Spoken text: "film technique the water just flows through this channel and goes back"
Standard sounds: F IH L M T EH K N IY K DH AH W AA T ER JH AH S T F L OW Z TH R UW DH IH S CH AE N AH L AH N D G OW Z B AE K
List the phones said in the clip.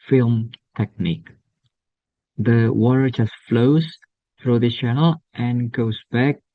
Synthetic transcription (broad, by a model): F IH L M T EH K N IY K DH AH W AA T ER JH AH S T F L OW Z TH R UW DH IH CH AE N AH L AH N G OW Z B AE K